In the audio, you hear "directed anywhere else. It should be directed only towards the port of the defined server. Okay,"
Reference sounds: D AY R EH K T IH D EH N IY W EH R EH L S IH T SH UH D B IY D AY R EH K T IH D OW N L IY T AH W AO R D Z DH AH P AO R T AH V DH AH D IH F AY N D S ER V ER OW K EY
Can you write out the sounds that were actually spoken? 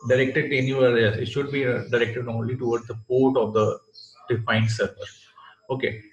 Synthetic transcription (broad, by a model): D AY R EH K T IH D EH N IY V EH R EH S IH T SH UH D B IY D AY R EH K T IH D OW N L IY T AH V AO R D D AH P AO R T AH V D AH D IH F AY N D S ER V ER OW K EY